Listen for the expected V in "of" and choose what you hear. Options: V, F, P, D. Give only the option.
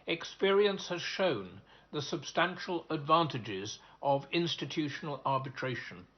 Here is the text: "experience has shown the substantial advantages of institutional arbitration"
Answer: V